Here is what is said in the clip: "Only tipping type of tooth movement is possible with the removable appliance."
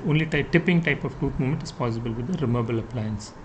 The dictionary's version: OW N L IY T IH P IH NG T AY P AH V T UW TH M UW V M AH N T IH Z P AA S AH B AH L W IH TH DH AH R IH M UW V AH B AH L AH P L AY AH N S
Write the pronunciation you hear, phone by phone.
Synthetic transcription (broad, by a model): OW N L IY T IH P IH NG T AY P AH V T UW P M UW M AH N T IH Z P AA S AH B AH L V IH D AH R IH M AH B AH L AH P L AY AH N S